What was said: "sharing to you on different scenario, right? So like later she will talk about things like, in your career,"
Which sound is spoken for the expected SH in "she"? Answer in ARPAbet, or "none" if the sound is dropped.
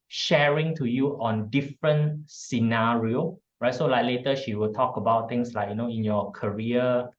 SH